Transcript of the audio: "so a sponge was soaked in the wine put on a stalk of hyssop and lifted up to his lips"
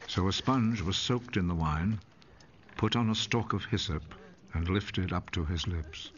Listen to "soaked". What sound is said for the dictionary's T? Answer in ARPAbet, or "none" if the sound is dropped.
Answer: T